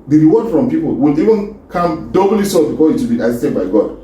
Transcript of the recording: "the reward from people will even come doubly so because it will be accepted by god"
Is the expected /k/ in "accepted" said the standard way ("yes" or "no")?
no